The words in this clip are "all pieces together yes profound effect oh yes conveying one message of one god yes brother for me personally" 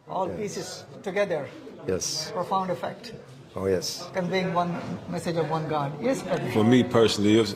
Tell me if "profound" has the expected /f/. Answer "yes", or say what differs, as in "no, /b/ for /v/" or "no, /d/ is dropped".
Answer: yes